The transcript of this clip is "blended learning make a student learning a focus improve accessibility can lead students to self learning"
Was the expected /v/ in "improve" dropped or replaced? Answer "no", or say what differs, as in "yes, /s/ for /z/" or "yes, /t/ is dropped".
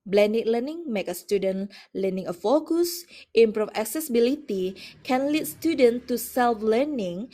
yes, /f/ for /v/